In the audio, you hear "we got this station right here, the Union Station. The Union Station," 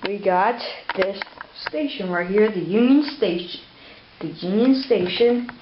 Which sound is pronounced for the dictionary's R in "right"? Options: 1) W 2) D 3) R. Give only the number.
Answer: 1